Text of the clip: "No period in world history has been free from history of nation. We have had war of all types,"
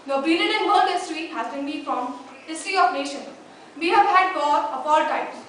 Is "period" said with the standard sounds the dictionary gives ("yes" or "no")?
no